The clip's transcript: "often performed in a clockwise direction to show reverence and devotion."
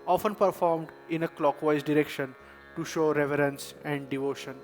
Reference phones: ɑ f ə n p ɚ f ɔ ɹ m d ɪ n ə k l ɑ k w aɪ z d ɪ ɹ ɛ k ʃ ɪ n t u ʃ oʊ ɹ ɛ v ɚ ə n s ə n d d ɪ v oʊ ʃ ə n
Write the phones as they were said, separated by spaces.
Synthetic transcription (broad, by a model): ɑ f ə n p ɚ f ɔ ɹ m d ɪ n ə k l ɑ k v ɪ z d ɪ ɹ ɛ k ʃ ɪ n t u ʃ oʊ ɹ ɛ v ɚ ə n s ə n d d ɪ v oʊ ʃ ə n